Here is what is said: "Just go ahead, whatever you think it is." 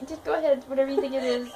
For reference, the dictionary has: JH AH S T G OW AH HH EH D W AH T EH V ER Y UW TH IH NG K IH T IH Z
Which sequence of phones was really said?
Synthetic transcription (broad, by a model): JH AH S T G OW AH HH EH D W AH T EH V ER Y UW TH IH NG IH T IH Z